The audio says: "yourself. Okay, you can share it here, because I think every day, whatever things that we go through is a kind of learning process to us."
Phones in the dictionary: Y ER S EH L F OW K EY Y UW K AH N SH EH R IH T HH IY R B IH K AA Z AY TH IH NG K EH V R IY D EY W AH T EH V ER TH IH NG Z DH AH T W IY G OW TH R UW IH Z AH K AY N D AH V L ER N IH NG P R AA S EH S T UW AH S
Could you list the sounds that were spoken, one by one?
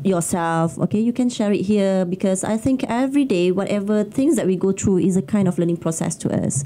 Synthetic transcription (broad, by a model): Y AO S EH L F OW K EY Y UW K AH N SH EH R IH T HH IY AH B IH K AA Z AY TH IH NG K EH V R IY D EY W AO T EH V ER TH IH NG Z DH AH T W IY G OW T R UW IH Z AH K AY N D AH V L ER N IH NG P R AA S EH S T UW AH S